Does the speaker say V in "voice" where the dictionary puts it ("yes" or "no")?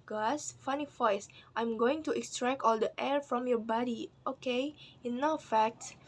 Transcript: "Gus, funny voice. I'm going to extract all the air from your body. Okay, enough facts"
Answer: no